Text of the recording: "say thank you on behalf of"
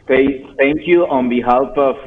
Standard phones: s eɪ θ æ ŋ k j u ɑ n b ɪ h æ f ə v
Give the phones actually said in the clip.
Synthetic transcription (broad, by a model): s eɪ t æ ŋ k j u ɑ n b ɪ h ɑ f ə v